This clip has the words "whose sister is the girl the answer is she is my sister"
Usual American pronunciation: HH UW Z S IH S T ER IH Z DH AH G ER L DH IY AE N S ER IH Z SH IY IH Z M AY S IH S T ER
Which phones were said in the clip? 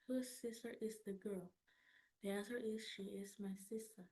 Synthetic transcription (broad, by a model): HH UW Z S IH S T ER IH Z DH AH G ER L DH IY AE S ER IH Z SH IY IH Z M AY S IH S T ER